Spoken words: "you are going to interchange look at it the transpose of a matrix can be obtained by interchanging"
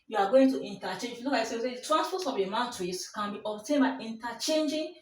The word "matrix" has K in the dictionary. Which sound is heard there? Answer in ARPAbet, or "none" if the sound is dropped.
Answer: none